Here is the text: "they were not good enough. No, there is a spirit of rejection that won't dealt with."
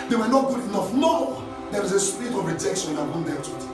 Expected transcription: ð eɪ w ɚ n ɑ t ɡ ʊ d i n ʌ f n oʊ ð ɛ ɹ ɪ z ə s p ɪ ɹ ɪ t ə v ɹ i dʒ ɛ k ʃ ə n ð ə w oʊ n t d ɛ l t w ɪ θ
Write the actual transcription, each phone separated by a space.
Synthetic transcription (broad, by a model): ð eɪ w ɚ n ɑ t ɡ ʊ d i n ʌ f n oʊ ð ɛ w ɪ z ə s p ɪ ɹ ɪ t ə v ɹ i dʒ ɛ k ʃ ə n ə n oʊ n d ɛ t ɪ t